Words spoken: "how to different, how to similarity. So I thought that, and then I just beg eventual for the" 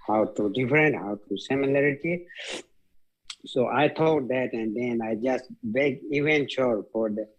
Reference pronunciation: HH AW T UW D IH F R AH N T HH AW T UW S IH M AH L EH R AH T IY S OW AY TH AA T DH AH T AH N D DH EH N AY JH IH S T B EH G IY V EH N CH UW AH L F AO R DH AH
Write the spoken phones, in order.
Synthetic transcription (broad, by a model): HH AW T UW D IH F R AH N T HH AW T UW S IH M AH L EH R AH T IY S OW AY T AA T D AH T AH N D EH N AY JH IH S T B EH G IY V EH N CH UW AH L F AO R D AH